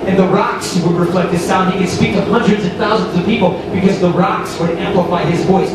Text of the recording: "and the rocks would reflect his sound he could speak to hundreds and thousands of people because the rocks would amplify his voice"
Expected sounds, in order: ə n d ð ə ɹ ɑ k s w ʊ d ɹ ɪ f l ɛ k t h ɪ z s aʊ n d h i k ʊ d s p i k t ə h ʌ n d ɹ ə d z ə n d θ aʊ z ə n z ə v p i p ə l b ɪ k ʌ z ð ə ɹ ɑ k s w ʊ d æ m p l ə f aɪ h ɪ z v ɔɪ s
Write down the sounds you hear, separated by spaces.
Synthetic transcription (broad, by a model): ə n ð ə ɹ ɑ k s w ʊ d ɹ ɪ f l ɛ k t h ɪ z s aʊ n d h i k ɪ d s p i k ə h ʌ n d ɹ ə d z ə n θ aʊ z ə n z ə v p i p l b ɪ k ʌ z ð ə ɹ ɑ k s w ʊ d æ m p l ə f aɪ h ɪ z v ɔɪ s